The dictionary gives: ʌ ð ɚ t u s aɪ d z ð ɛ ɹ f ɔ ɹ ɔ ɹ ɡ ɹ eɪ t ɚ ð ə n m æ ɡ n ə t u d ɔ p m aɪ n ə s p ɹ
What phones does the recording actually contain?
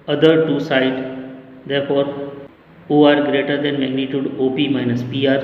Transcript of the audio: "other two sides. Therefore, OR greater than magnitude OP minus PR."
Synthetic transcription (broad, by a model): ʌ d ɚ t u s aɪ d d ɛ ɹ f ɔ ɹ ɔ ɹ ɡ ɹ eɪ t ɚ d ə n m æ ɡ n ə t u d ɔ p m aɪ n ə s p ɹ